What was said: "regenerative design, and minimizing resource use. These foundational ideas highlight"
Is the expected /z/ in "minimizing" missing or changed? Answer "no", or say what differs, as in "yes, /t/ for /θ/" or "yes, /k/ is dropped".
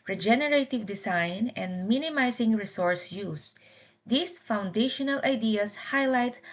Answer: yes, /s/ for /z/